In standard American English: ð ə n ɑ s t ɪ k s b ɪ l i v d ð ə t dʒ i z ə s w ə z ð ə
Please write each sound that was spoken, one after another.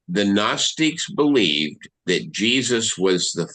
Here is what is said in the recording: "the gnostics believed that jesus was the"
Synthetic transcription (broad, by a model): ð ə n ɑ s t ɪ k s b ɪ l i v ð ə t dʒ i z ə s w ə z ð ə